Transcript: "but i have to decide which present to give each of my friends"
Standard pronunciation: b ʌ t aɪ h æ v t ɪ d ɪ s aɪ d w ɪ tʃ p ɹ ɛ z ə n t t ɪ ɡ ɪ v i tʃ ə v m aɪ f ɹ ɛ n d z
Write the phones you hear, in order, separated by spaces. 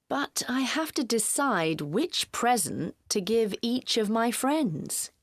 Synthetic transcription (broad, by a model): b ʌ t aɪ h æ f t ɪ d ɪ s aɪ d w ɪ tʃ p ɹ ɛ z ə n t t ɪ ɡ ɪ v i tʃ ə v m aɪ f ɹ ɛ n d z